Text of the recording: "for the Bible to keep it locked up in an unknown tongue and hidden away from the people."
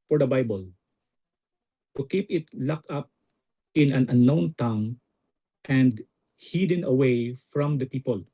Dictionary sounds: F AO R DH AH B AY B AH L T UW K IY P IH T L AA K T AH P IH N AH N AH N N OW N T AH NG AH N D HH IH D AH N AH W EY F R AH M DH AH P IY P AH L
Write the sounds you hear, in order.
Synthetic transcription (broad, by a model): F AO R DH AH B AY B AH L T UW K IY P IH T L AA K AH P IH N AH N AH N N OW N T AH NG AH N D HH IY D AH N AH W EY F R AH M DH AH P IY P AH L